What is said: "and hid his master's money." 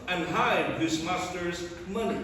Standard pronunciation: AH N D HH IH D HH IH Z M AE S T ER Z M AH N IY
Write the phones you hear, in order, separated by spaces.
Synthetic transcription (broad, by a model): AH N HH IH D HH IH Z M AE S T ER Z M AH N IY